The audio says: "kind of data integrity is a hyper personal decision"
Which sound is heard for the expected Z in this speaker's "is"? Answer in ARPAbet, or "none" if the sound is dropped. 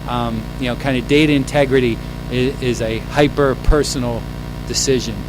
Z